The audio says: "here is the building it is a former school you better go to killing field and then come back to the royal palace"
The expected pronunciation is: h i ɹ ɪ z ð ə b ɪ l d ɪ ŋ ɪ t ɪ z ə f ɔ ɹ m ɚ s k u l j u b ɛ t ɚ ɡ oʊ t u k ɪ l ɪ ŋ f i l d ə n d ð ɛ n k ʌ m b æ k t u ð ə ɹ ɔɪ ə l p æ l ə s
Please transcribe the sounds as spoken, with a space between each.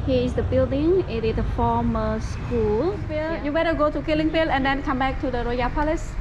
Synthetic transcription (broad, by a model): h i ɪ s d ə b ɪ l d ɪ ŋ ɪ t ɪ ə f ɔ m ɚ s k u l j u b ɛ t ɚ ɡ oʊ t u k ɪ l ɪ ŋ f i l ə n d ɛ n k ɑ m b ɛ k t u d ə ɹ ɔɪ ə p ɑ l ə s